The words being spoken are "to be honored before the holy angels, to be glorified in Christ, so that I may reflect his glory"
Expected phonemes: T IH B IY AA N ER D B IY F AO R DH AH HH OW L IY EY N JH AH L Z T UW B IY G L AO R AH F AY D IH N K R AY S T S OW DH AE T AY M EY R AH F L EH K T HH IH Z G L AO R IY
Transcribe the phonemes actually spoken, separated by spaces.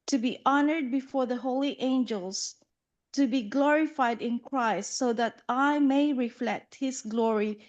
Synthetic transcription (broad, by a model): T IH B IY AA N ER D B IY F AO R DH AH HH OW L IY EY N JH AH L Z T UW B IY G L AO R AH F AY D IH N K R AY S T S OW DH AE T AY M EY R AH F L EH K T HH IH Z G L AO R IY